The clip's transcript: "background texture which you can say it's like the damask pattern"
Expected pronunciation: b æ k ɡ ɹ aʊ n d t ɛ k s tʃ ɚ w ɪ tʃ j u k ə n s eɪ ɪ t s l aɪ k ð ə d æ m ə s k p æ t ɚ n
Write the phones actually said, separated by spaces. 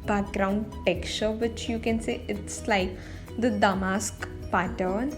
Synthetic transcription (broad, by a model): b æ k ɡ ɹ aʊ n d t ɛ k tʃ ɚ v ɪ tʃ j u k ə n s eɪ ɪ t s l aɪ k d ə d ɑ m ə s k p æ t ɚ n